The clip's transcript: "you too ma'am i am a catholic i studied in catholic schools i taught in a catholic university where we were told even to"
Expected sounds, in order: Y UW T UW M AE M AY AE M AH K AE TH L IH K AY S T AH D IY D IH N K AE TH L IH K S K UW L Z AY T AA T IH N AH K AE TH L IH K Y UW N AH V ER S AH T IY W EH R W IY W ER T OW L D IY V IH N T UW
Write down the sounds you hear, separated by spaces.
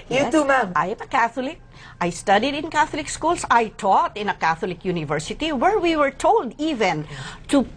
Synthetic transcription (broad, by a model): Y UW T UW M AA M AY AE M AH K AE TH L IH K AY S T AH D IY D IH N K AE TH L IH K S K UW L S AY T AA T IH N AH K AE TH L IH K Y UW N AH V ER S AH T IY W EH R W IY W ER T OW L D IY V IH N T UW